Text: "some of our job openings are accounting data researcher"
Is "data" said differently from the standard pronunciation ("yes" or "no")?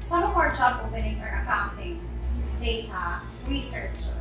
yes